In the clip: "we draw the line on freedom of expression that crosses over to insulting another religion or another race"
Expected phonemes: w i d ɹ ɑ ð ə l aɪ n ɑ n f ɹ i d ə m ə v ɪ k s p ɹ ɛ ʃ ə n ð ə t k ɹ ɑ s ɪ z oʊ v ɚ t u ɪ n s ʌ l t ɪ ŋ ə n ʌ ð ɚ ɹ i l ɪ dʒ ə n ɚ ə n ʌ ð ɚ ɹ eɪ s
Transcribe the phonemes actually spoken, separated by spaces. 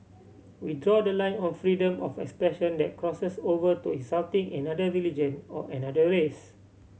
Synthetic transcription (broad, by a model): w i d ɹ ɑ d ə l aɪ n ɑ n f ɹ i d ə m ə f ɪ k s p ɹ ɛ ʃ ə n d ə t k ɹ ɑ s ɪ s oʊ v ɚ t u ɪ s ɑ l t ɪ ŋ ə n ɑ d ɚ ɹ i l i dʒ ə n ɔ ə n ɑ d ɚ ɹ eɪ s